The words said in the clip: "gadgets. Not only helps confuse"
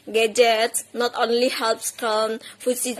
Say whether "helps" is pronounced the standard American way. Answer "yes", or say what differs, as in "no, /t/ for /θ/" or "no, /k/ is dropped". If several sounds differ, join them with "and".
yes